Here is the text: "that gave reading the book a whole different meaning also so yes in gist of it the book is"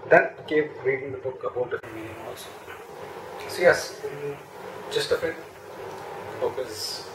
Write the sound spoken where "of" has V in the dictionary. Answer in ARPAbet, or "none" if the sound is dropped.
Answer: F